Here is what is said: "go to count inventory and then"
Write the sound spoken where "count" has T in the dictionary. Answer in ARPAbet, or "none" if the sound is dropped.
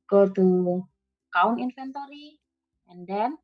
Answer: none